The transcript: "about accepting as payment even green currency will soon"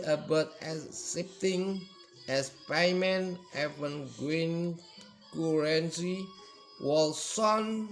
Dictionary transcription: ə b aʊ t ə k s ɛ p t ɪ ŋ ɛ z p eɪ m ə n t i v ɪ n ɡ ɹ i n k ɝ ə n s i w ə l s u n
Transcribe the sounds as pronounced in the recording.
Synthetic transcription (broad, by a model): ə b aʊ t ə s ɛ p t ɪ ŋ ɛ s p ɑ m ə n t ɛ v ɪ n ɡ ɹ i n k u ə n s i w ə l s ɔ n